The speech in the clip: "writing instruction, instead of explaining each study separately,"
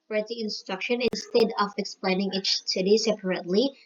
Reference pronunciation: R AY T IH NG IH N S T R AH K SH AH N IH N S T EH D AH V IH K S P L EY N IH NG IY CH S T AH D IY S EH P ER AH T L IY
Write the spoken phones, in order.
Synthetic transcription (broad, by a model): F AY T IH IH N S T R AH K SH AH N IH N S T EH D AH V IH K S P L EY N IH NG IY CH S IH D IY S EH P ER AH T L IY